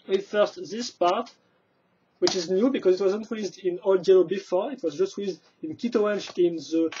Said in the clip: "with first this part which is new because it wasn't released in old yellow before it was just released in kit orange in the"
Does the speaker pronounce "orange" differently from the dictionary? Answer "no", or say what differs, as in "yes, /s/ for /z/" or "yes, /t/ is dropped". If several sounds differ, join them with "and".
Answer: yes, /ɹ/ is dropped